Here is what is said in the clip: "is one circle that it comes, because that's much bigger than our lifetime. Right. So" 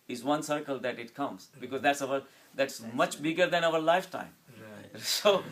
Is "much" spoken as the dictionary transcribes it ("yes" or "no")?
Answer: yes